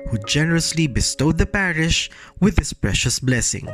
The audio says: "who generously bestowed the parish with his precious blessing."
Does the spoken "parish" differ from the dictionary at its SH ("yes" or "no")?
no